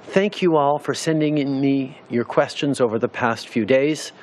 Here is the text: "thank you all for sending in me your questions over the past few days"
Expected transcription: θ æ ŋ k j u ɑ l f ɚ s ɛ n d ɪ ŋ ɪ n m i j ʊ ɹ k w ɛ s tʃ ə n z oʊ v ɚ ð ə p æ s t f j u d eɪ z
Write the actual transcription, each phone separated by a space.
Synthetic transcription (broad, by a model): θ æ ŋ k j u ɑ l f ɚ s ɛ n d ɪ ŋ ɪ n m i j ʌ ɹ k w ɛ s tʃ ə n z oʊ v ɚ ð ə p æ s t f j u d eɪ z